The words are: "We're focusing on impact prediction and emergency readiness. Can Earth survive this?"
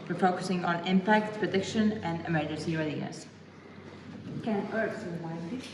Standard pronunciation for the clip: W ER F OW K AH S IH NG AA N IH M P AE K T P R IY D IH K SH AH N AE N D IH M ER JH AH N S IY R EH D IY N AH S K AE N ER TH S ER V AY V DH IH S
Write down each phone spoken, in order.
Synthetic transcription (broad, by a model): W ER F OW K AH S IH NG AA N IH M P AE K T P R IY D IH K SH AH N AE N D IH M ER JH AH N S IY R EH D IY AH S K AE N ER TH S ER W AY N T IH